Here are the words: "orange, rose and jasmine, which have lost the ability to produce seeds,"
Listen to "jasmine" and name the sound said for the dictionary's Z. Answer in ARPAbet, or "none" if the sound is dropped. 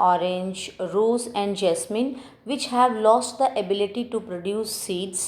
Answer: S